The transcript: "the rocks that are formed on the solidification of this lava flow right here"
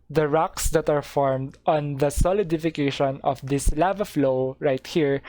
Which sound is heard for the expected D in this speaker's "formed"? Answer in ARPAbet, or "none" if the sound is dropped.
D